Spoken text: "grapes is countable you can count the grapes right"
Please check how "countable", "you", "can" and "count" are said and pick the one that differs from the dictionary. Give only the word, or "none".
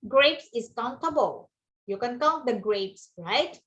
count